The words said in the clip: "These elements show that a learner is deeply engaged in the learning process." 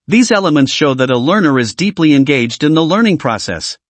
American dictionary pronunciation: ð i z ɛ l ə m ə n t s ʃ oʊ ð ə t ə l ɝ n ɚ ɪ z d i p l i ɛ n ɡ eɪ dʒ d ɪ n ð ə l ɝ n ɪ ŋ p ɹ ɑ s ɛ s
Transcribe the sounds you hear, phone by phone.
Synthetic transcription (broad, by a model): ð i z ɛ l ə m ə n t s ʃ oʊ ð ə t ə l ɝ n ɚ ɪ z d i p l i ɛ n ɡ eɪ dʒ d ɪ n ð ə l ɝ n ɪ ŋ p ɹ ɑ s ɛ s